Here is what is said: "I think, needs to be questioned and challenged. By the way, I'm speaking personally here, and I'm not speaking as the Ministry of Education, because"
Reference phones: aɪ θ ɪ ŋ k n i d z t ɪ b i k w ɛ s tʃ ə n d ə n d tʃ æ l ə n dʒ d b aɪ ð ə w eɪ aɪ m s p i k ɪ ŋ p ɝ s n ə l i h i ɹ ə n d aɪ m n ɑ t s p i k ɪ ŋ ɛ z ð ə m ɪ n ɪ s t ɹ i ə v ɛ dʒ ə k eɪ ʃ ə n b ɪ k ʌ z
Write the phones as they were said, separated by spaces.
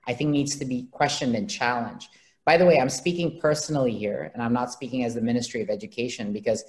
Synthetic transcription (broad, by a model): aɪ θ ɪ ŋ k n i d z t ɪ b i k w ɛ s tʃ ə n d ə n tʃ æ l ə n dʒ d b aɪ ð ə w eɪ aɪ m s p i k ɪ ŋ p ɝ s n l i h i ɹ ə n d aɪ m n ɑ t s p i k ɪ ŋ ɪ z ð ə m ɪ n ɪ s t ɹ i ə v ɛ dʒ ə k eɪ ʃ ə n b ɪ k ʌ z